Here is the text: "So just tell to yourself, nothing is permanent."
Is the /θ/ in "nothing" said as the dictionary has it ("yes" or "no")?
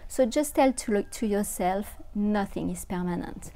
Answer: yes